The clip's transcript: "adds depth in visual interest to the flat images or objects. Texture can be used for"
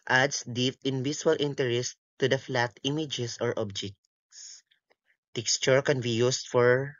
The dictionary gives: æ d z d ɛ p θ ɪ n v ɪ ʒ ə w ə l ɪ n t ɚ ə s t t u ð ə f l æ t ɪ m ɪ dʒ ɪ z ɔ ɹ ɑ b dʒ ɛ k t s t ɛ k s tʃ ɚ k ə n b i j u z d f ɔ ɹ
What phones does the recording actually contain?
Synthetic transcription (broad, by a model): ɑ d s d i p ɪ n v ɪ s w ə l ɪ n t ɚ ə s t t u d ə f l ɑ t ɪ m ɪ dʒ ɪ s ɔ ɹ ɑ b dʒ ɛ k t s t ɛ k s tʃ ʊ k ə n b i j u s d f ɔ ɹ